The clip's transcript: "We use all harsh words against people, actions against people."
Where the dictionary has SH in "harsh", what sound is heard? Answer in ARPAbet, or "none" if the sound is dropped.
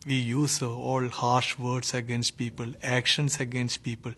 SH